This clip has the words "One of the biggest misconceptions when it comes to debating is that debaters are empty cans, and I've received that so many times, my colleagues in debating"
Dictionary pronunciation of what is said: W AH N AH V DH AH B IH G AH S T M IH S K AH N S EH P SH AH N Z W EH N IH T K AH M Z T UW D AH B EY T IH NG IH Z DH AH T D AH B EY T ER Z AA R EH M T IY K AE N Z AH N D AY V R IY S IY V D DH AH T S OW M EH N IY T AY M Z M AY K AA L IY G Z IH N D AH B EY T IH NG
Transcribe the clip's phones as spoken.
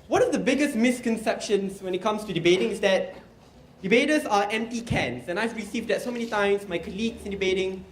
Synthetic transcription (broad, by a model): W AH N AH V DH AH B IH G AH S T M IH S K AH N S EH P SH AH N S W EH N IH T K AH M S T UW D AH B EY T IH NG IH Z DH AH T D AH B EY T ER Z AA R EH M T IY K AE N S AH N AY V R IY S IY V D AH T S OW M EH N IY T AY M S M AY K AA L IY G S IH N D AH B EY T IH NG